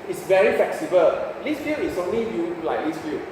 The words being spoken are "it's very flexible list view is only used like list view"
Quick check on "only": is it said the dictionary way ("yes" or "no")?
yes